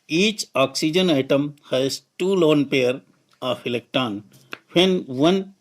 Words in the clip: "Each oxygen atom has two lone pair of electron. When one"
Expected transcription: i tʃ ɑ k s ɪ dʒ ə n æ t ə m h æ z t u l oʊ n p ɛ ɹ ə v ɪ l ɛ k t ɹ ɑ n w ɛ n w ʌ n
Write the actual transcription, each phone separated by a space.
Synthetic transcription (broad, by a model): i tʃ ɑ k s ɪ dʒ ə n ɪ t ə m h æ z t u l oʊ n p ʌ ɹ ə f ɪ l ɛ k t ɑ n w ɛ n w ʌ n